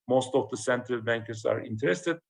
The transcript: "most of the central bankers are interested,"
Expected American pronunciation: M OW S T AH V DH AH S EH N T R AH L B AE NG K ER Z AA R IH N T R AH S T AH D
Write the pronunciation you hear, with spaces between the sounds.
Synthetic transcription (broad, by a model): M OW S T AH V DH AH S EH N T R AH L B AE NG K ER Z AA R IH N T R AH S T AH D